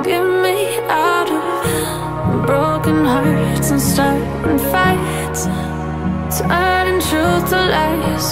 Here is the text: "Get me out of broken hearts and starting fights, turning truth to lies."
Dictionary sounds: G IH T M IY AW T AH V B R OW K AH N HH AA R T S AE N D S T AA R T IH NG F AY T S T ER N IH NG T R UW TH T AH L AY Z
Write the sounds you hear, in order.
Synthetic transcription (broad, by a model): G IH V M IY AW T AH V B R OW K AH N HH AA R T S N S T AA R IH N F AY T S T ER IH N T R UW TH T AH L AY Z